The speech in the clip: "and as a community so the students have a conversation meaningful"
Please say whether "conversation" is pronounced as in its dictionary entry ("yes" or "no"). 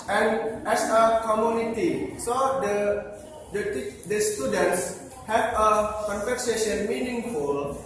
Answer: no